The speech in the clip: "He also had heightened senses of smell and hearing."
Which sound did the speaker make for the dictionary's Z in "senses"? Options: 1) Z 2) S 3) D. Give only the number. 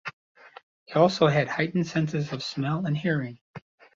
1